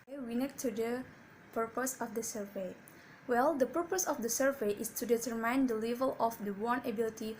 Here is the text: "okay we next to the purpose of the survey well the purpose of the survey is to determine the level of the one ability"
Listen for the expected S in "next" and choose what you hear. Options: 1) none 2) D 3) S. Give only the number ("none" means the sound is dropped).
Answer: 1